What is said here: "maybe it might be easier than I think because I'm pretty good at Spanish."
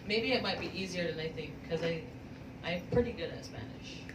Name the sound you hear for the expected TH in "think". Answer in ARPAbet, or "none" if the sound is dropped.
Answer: TH